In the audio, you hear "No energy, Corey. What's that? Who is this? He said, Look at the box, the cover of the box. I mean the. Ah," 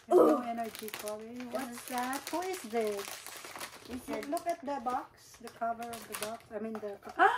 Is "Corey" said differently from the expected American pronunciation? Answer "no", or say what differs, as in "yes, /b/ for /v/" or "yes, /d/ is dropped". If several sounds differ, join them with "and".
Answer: yes, /l/ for /ɹ/